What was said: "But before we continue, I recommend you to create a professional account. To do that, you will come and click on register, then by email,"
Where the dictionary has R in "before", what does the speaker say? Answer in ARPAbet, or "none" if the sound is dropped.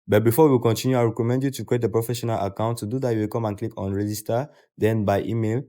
W